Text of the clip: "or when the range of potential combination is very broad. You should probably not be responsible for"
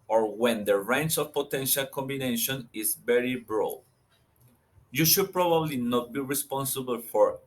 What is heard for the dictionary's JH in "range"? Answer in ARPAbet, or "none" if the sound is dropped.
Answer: CH